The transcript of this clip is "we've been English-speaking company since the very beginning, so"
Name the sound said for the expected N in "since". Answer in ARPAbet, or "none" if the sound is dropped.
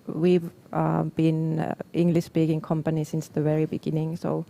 N